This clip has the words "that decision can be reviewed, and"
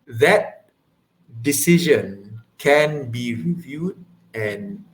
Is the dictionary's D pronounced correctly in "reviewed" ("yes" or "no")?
yes